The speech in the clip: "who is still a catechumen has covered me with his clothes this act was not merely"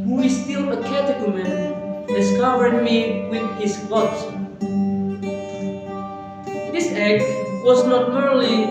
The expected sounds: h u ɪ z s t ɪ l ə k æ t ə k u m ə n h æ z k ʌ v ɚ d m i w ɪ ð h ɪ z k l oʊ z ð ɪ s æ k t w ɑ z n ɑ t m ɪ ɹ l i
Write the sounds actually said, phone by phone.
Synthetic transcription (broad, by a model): h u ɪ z s t ɪ l ə k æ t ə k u m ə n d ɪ s k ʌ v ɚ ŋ m i w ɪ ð h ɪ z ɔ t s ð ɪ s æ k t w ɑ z n ɑ t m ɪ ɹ l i